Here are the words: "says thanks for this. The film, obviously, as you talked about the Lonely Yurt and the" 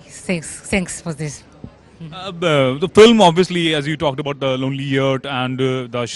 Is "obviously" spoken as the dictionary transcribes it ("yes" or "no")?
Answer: yes